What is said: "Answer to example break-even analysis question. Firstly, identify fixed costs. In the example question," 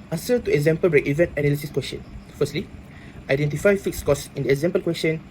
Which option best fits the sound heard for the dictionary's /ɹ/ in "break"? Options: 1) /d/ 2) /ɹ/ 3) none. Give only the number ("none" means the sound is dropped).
2